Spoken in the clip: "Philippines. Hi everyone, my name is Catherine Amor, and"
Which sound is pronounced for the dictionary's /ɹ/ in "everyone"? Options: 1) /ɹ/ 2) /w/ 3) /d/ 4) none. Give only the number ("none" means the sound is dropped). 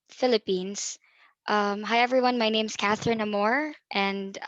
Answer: 1